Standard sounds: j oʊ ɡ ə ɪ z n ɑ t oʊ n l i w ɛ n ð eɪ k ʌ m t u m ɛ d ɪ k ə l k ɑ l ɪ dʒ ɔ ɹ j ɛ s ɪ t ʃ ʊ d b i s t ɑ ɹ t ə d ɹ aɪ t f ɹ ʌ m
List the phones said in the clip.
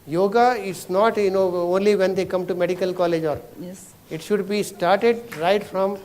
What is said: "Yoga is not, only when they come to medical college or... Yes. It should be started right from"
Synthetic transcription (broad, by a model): j oʊ ɡ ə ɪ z n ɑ t oʊ n l i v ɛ n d eɪ k ʌ m t u m ɛ d ɪ k ə l k ɑ l ɪ dʒ ɔ ɹ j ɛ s ɪ t ʃ ʊ d b i s t ɑ ɹ t ə d ɹ aɪ t f ɹ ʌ m